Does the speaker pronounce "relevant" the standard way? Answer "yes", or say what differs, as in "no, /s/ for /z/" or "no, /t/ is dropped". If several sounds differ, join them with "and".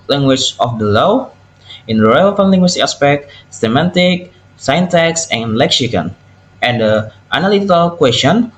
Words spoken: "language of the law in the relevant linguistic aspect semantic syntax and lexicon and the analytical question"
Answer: no, /f/ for /v/